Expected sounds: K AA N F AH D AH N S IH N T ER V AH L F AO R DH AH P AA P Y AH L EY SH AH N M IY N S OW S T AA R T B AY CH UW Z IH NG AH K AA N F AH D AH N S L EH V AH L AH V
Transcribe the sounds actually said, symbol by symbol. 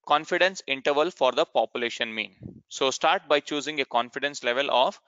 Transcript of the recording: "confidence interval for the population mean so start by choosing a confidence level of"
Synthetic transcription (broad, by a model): K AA N F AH D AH N S IH N T ER V AH L F AO R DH AH P AA P Y AH L EY SH AH N M IY N S OW S T AA R T B AY CH UW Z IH NG AH K AA N F AH D AH N S L EH V AH L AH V